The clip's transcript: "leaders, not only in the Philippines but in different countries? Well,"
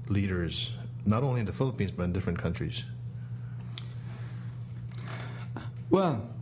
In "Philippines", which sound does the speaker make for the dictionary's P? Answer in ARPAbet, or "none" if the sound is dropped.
P